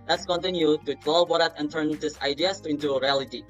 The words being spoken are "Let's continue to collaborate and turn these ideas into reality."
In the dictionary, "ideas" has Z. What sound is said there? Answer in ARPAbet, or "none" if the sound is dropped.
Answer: S